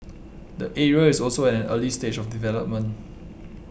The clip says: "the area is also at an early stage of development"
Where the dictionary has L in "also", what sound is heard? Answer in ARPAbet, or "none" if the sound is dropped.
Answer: L